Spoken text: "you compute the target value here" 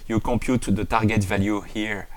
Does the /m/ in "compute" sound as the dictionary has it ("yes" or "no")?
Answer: no